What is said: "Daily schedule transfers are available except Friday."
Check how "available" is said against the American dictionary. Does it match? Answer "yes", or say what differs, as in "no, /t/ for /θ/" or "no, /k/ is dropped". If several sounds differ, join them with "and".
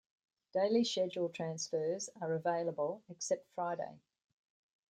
yes